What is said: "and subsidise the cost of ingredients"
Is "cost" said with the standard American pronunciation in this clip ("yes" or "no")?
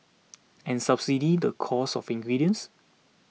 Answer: no